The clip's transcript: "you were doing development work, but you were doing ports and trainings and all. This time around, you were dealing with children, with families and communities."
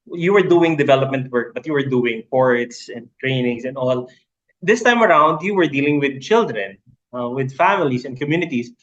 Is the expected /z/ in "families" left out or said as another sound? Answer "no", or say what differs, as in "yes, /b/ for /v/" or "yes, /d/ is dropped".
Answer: yes, /s/ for /z/